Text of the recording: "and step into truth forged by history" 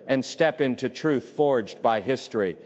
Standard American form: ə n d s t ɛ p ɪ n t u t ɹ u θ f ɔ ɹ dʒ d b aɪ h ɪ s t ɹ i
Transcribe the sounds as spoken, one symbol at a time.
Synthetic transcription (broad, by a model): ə n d s t ɛ p ɪ n t u t ɹ u θ f ɔ ɹ dʒ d b aɪ h ɪ s t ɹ i